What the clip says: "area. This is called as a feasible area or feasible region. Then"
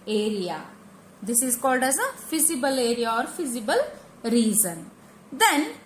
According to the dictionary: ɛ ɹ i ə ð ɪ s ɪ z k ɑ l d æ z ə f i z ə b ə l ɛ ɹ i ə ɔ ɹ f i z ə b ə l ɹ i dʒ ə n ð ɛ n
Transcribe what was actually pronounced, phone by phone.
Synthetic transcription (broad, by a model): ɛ ɹ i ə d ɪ s ɪ z k ɑ l d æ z ə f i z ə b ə l ɛ ɹ i ə ɔ ɹ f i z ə b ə l ɹ i z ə n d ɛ n